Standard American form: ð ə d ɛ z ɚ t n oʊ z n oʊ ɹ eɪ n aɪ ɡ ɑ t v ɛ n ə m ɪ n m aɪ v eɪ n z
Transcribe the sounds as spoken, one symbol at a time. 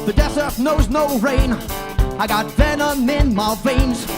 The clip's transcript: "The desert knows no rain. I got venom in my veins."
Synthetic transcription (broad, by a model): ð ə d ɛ s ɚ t n oʊ z n oʊ ɹ eɪ n aɪ ɡ ɑ t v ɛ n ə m ɪ n m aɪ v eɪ n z